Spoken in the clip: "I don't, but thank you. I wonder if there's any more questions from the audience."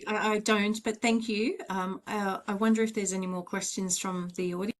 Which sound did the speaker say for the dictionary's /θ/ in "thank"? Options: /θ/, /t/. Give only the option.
/θ/